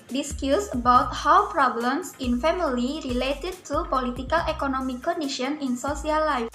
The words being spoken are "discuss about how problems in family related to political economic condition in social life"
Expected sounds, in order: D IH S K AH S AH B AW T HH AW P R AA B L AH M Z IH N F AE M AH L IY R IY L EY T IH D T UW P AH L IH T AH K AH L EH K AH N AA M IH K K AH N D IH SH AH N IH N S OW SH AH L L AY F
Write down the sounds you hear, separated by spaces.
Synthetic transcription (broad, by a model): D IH S K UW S AH B AW T HH AW P R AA B L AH M S IH N F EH M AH L IY R IY L EY T IH D T UW P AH L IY T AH K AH L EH K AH N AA M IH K K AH N D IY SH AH N IH N S OW S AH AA L AY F